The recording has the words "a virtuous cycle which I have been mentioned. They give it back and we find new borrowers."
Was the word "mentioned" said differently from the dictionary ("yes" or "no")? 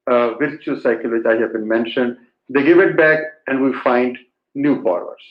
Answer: no